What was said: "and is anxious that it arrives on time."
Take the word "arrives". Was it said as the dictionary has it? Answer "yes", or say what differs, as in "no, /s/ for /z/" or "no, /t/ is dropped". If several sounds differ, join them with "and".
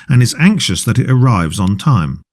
yes